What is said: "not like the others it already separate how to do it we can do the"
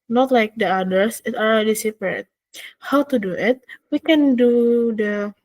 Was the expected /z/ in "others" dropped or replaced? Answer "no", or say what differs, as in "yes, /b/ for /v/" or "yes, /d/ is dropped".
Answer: yes, /s/ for /z/